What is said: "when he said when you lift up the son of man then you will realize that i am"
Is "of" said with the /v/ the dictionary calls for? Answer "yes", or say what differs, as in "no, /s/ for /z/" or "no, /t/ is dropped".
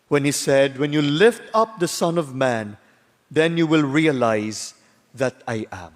yes